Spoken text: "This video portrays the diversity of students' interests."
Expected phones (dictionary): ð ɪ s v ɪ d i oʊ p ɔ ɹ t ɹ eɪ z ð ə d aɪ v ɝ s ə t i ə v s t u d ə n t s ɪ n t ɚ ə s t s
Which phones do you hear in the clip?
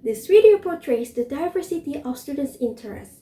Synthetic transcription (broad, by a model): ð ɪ s w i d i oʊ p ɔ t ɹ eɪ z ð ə d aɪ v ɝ s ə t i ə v s t u d ə n t s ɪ n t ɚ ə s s